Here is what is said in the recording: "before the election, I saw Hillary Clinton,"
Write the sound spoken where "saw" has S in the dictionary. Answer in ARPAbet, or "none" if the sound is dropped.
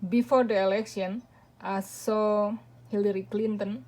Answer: S